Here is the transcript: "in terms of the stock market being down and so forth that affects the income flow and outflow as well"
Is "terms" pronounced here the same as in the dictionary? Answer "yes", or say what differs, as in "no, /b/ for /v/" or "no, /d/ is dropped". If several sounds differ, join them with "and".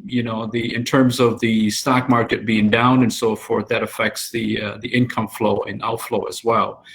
yes